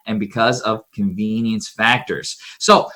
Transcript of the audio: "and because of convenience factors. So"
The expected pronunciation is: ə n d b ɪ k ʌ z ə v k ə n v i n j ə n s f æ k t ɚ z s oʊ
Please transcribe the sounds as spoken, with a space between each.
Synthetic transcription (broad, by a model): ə n b ɪ k ʌ z ə v k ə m v i n j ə n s f æ k t ɚ z s oʊ